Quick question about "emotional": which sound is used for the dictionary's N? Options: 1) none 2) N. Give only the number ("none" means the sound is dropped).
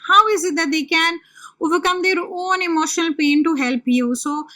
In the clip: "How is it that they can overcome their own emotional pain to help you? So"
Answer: 2